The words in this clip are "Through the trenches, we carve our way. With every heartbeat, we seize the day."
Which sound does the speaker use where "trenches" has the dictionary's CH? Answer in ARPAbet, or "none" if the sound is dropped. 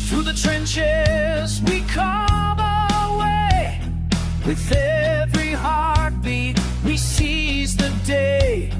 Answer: CH